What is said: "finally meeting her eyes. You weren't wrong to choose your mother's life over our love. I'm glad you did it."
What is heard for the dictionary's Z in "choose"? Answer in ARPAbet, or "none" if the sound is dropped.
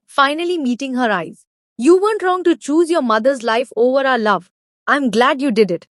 Z